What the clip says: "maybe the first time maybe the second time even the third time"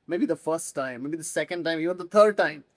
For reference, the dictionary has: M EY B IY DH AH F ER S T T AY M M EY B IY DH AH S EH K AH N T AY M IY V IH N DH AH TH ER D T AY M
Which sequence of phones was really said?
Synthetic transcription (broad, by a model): M EY B IY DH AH F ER S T T AY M M EY B IY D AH S EH K AH N T AY M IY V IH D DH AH T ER D T AY M